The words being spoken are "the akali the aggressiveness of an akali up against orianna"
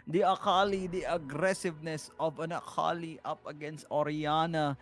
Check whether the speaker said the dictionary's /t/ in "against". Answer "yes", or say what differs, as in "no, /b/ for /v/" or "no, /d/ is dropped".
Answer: yes